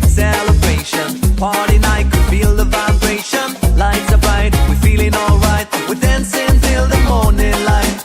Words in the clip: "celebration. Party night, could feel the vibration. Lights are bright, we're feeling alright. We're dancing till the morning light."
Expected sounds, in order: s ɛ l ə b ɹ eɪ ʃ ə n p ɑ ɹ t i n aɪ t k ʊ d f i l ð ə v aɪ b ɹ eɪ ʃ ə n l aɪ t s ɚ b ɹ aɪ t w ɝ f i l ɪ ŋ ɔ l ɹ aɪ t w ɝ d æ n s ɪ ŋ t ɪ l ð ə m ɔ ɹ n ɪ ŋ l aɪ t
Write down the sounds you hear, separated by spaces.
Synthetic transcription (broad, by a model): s ɛ l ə b ɹ eɪ ʃ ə n p ɑ ɹ t i n aɪ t k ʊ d f i l ð ə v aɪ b ɹ eɪ ʃ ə n l aɪ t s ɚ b ɹ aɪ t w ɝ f i l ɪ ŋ ɔ l ɹ aɪ t w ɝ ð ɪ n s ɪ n t ɪ l ð ə m ɔ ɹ n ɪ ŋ l aɪ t